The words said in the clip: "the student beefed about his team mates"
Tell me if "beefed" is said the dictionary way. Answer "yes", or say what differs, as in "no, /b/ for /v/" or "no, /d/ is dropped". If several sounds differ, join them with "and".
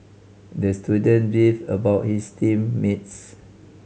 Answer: no, /t/ is dropped